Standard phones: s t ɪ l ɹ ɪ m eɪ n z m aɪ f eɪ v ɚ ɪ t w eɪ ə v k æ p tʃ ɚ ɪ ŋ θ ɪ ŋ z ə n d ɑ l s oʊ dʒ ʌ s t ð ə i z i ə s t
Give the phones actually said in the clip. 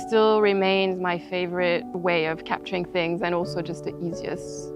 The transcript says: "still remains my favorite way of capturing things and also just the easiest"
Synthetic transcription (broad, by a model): s t ɪ l ɹ ɪ m eɪ n z m aɪ f eɪ v ɚ ɪ t w eɪ ə v k æ p tʃ ɚ ɪ ŋ θ ɪ ŋ z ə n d ɑ l s oʊ dʒ ʌ s t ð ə i z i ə s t